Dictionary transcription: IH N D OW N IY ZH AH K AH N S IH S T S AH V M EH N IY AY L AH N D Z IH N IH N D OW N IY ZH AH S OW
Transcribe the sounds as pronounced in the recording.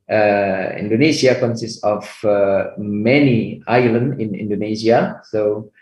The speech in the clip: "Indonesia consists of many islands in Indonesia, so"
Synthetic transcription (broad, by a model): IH N D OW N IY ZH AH K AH N S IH S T AH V M EH N IY AY L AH N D IH N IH N D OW N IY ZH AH S OW